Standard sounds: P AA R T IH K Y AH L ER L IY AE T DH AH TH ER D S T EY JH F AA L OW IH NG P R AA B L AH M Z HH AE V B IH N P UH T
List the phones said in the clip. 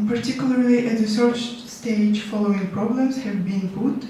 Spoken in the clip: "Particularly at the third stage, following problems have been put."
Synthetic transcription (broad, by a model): P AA R T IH K Y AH L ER L IY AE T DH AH S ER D S T EY JH F AA L OW IH NG P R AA B L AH M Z HH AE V B IH N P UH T